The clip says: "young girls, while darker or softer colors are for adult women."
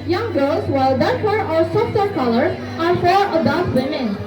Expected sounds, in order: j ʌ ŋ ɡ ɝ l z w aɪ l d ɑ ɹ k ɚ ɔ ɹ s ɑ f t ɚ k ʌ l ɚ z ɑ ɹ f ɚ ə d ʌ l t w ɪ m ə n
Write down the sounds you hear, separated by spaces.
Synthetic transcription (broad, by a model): j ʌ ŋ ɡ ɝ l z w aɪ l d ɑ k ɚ ɔ ɹ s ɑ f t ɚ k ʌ l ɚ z ɑ ɹ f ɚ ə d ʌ t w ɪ m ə n